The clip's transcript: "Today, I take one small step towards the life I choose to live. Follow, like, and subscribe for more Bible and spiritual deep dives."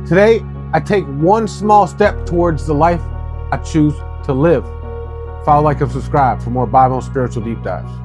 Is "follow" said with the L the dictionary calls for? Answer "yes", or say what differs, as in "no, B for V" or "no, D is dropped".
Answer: no, L is dropped